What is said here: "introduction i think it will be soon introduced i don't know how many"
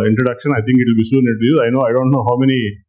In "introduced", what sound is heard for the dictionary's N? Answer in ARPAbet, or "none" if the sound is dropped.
none